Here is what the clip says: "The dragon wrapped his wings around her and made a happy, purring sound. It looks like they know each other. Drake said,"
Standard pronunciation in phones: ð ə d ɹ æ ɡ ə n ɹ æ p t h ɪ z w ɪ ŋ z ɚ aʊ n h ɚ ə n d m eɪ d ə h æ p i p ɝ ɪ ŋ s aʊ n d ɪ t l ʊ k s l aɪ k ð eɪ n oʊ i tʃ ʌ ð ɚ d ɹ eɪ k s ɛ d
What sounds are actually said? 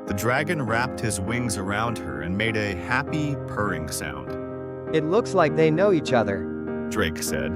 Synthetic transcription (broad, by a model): ð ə d ɹ æ ɡ ə n ɹ æ p t h ɪ z w ɪ ŋ z ɚ aʊ n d ɚ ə n m eɪ d ə h æ p i p ɝ ɪ ŋ s aʊ n d ɪ t l ʊ k s l aɪ k ð eɪ n oʊ i tʃ ʌ ð ɚ d ɹ eɪ k s ɛ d